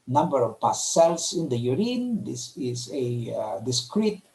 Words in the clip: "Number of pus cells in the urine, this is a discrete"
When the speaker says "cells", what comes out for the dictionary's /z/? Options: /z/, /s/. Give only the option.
/s/